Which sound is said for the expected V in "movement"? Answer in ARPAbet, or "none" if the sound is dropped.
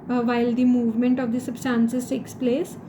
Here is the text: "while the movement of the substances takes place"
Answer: V